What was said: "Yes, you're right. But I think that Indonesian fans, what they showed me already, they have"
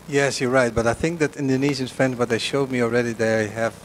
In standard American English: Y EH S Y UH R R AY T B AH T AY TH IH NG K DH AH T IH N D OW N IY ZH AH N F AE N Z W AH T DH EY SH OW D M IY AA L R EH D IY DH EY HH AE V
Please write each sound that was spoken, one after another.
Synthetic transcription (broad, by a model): Y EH S Y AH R R AY T B AH T AY TH IH NG K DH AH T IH N D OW N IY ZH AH N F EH N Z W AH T DH EY SH OW D M IY AA L R EH D IY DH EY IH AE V